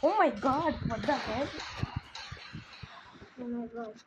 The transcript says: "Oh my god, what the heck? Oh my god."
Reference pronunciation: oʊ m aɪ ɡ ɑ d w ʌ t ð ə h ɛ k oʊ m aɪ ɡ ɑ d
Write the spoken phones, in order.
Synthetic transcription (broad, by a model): oʊ m aɪ ɡ ɑ d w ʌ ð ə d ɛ oʊ m aɪ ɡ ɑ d